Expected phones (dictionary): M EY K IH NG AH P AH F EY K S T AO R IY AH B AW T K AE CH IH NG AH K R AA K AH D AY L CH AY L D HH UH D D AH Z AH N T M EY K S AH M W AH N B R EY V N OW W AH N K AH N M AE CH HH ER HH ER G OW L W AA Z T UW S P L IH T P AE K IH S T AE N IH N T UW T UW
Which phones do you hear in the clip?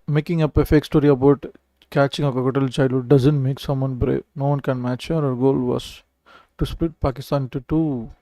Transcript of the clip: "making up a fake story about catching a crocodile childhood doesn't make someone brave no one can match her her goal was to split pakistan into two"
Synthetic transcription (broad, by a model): M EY K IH NG AH P AH F EY K S T AO R IY AH B AW T K AE CH IH NG AH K AA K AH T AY L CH AY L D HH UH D D AH Z AH N T M EY K S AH M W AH N B R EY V N OW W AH N K AH N M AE CH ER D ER G OW L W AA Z T UW S P L IH T P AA K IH S T IH N T UW T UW